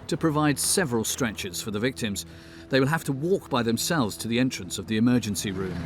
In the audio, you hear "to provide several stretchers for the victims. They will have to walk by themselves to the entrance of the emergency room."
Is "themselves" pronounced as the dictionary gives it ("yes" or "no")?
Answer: yes